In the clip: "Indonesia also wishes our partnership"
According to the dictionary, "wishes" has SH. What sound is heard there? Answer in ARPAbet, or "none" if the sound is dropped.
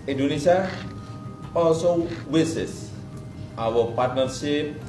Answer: S